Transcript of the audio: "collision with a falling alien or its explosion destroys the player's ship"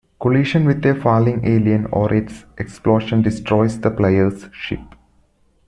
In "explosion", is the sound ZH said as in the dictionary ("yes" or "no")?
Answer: no